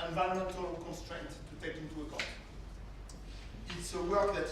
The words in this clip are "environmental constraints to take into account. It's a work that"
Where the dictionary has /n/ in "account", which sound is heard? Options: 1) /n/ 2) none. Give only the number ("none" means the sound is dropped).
2